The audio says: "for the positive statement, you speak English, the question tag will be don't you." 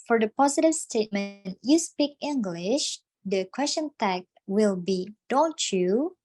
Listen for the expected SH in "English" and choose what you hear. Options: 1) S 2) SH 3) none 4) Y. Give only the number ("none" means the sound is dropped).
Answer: 2